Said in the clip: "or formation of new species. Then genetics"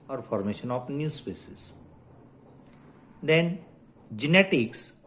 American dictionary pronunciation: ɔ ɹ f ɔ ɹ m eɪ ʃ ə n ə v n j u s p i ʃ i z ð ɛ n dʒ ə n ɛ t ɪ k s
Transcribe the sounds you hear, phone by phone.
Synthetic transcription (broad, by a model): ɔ ɹ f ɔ ɹ m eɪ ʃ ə n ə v n j u s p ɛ s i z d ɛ n dʒ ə n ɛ t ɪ k s